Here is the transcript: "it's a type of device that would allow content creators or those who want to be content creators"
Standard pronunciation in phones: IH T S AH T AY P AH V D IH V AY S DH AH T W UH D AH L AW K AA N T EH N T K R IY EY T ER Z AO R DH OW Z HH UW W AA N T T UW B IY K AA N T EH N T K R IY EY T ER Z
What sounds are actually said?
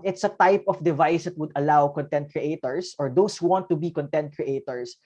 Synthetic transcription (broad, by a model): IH T S AH T AY P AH F D IH V AY S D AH T W UH D AH L AW K AA N T EH N T K R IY EY T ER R AO R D OW S HH UW W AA N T T UW B IY K AA N T EH N T K R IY EY T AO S